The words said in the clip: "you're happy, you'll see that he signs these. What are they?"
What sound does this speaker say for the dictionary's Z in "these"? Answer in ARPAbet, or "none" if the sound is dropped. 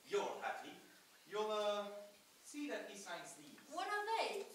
none